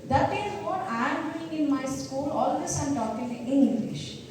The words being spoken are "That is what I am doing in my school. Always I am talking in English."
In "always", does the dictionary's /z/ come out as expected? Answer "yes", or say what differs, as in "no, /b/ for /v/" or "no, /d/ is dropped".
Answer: no, /s/ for /z/